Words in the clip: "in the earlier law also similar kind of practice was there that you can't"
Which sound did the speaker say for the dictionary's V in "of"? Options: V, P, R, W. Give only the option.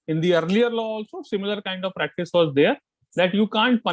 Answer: V